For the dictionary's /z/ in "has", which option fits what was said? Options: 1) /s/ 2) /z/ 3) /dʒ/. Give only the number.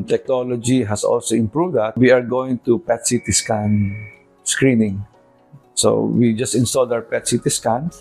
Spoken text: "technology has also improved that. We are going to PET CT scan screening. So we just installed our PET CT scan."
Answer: 1